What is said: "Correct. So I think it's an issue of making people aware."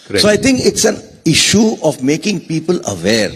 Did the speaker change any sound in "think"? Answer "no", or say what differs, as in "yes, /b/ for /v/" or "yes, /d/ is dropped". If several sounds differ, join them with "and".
yes, /t/ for /θ/